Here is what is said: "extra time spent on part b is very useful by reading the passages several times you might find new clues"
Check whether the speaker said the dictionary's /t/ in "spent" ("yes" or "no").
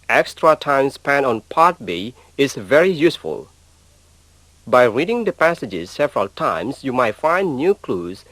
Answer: no